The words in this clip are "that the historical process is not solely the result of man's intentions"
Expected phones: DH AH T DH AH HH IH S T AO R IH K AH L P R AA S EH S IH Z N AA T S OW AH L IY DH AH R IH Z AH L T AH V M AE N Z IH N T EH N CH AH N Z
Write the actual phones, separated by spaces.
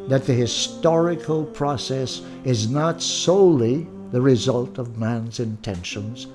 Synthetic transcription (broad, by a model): DH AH T DH AH HH IH S T AO R IH K AH L P R AA S EH S IH Z N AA T S OW AH L IY DH AH R IH Z AH L T AH V M AE N Z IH N T EH N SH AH N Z